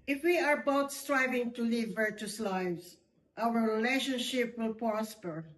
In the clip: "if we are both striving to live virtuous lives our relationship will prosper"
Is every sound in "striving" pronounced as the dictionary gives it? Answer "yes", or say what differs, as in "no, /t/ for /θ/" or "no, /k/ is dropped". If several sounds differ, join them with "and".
yes